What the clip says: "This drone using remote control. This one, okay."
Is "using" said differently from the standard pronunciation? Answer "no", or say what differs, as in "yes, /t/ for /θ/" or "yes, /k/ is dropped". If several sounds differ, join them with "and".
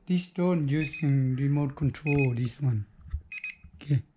yes, /s/ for /z/